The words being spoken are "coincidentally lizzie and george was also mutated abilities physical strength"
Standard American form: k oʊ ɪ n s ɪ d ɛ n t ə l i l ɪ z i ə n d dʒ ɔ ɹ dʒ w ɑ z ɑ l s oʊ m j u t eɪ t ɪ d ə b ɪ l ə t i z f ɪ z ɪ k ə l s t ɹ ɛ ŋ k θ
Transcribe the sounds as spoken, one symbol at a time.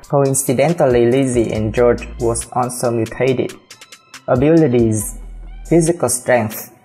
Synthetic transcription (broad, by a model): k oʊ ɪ n s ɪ d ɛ n t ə l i l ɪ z i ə n dʒ ɔ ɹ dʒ w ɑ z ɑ n s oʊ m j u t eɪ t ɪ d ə b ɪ l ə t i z f ɪ z ɪ k ə l s t ɹ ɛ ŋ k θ